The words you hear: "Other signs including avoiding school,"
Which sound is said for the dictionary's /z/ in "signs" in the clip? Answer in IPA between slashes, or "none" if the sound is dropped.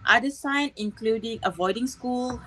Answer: none